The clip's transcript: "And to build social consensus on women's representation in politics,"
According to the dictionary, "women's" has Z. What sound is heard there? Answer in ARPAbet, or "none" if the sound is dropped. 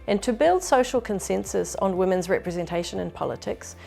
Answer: Z